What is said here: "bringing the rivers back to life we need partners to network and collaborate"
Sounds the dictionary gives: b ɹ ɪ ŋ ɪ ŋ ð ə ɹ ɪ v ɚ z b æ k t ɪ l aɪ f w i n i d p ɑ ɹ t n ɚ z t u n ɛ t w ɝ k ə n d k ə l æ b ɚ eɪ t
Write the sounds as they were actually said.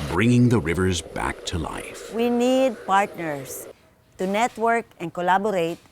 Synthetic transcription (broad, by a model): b ɹ ɪ ŋ ɪ ŋ ð ə ɹ ɪ v ɚ z b æ k t ɪ l aɪ f w i n i d p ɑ ɹ t n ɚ s t u n ɛ t w ɝ k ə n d k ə l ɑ b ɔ eɪ t